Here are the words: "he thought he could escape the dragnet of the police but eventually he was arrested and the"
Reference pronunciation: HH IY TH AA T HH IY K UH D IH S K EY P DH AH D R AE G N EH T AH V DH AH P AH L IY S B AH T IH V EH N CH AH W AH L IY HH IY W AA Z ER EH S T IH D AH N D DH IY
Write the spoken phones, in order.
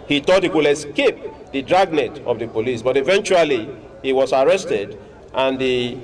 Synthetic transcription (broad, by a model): HH IY T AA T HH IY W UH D IH S K EY P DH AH D R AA G N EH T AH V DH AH P AH L IY S B AH T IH V EH N CH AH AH L IY HH IY W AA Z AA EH S T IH D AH N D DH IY